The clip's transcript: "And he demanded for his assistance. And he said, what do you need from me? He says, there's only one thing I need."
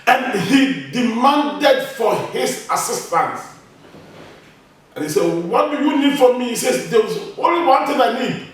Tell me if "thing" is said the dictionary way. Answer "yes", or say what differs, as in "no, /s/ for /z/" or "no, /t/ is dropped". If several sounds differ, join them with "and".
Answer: no, /t/ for /θ/